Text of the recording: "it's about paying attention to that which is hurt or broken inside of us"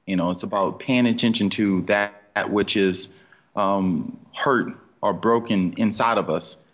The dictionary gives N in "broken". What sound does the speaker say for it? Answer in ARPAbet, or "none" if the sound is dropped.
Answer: N